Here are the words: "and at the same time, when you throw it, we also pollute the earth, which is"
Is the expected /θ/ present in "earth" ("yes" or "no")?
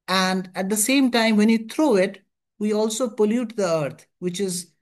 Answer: no